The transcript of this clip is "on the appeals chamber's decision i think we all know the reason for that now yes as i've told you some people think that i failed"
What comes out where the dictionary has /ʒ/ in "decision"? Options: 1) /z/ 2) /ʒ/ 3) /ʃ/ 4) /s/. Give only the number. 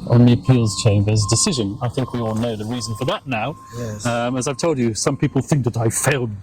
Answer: 2